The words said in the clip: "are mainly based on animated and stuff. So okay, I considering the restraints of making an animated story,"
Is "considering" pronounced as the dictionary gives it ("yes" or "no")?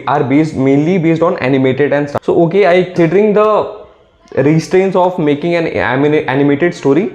no